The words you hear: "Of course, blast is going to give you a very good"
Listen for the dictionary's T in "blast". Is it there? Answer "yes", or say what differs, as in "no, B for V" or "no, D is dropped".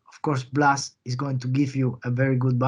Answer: no, T is dropped